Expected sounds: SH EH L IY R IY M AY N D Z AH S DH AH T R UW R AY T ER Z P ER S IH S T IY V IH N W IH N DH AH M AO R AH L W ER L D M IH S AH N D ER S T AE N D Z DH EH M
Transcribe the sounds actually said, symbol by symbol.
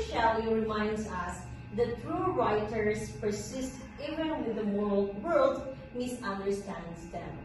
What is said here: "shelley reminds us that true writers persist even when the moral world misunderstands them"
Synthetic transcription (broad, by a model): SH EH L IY R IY M AY N D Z AH S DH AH T R UW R AY T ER S P ER S IH S T IY V IH N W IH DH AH M AO R AH L W ER L D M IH S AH N D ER S T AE N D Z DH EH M